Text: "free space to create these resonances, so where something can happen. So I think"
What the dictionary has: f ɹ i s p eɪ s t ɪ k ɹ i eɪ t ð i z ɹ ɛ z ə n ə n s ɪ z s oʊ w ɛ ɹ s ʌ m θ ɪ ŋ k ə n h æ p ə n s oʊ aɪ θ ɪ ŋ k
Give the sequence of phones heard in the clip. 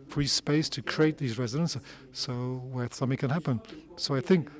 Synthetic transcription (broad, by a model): f ɹ i s p eɪ s t ɪ k ɹ i eɪ t ð i z ɹ ɛ z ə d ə n s s oʊ w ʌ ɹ s ʌ m θ ɪ ŋ k ə n h æ p ə n s oʊ aɪ θ ɪ ŋ k